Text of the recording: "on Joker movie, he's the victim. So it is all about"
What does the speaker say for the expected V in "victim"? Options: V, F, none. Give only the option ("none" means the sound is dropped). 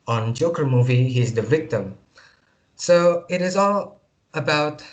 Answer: V